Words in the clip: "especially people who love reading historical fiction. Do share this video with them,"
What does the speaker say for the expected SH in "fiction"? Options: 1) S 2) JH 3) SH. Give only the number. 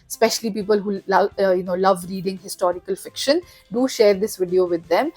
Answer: 3